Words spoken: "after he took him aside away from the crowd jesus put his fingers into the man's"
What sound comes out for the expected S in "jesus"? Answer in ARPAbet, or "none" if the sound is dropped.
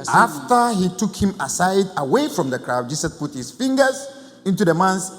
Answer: none